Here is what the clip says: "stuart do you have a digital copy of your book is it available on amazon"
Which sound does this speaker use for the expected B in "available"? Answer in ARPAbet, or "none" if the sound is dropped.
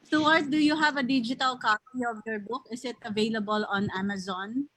B